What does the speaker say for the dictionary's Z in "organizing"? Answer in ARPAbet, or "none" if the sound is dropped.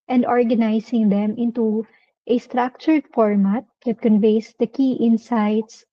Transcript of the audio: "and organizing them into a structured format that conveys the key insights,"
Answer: S